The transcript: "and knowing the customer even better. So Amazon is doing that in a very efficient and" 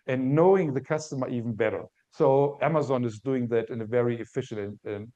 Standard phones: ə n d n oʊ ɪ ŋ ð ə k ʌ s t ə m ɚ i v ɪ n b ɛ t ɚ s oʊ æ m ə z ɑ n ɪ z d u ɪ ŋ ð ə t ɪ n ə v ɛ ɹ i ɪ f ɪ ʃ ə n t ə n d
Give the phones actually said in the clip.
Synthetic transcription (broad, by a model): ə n n oʊ ɪ ŋ ð ə k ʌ s t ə m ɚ i v n b ɛ t ɚ s oʊ æ m ə z ɑ n ɪ z d u ɪ ŋ ð ə t ɪ n ə v ɛ ɹ i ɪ f ɪ ʃ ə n ə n